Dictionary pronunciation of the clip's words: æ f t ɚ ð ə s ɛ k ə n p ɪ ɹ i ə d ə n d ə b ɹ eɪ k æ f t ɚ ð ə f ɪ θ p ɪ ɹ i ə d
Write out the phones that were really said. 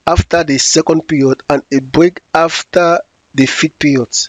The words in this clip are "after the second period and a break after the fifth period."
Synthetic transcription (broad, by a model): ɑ f t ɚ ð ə s ɛ k ə n p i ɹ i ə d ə n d ə b ɹ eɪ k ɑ f t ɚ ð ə f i t p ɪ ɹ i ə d